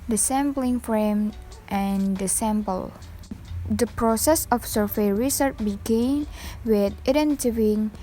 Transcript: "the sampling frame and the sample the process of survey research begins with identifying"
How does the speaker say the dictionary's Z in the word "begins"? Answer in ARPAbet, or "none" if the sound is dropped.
none